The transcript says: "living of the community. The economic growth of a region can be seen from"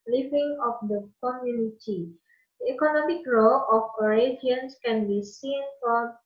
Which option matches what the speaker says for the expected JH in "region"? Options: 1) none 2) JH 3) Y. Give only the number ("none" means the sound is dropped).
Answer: 1